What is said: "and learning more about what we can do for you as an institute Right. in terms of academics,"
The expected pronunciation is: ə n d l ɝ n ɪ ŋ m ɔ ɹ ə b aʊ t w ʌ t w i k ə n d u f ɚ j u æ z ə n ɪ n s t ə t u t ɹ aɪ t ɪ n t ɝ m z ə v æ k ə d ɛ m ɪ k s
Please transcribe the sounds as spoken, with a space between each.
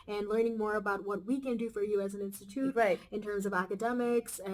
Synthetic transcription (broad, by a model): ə n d l ɝ n ɪ ŋ m ɔ ɹ ə b aʊ t w ʌ t w i k ə n d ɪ f ɚ j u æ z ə n ɪ n s t ə t u t ɹ aɪ t ɪ n t ɝ m z ə v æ k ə d ɛ m ɪ k s